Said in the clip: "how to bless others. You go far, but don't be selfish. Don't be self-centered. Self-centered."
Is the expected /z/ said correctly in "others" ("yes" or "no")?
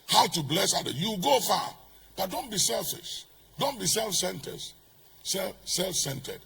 no